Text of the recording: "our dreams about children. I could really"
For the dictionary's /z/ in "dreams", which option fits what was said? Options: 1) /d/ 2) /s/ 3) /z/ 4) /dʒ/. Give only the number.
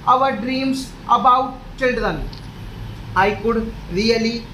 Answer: 2